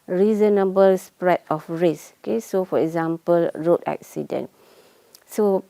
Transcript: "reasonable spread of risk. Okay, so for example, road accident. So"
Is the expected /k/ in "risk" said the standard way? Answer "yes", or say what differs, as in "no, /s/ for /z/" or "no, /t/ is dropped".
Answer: no, /k/ is dropped